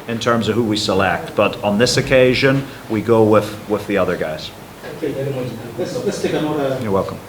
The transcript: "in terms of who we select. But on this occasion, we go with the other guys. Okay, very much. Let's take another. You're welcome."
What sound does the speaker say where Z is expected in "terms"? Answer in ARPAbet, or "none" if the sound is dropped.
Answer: Z